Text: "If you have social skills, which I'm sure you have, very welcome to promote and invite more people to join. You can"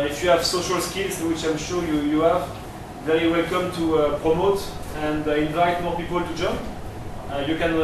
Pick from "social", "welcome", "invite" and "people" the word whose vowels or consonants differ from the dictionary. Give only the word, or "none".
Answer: none